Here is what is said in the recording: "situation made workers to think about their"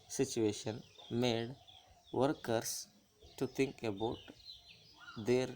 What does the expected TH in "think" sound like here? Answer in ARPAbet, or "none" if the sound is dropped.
T